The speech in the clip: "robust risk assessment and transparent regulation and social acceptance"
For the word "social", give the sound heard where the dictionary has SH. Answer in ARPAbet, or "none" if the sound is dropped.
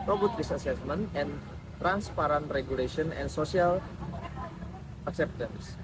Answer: S